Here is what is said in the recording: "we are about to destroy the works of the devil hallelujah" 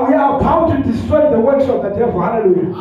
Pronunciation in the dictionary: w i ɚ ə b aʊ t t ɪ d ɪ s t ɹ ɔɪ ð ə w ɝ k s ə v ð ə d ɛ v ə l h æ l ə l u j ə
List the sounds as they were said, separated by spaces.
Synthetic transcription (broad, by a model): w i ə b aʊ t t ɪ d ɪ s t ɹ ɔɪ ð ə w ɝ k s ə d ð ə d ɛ ə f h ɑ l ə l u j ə